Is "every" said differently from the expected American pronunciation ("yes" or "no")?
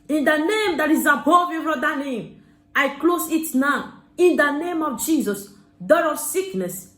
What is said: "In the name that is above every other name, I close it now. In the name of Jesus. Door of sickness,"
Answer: yes